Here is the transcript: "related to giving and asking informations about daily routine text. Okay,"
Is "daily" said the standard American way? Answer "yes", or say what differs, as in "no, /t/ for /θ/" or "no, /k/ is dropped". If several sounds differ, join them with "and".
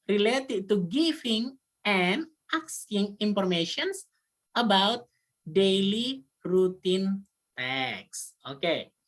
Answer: yes